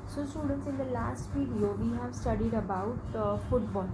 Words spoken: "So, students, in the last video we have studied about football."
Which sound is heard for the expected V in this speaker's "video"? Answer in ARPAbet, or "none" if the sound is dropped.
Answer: F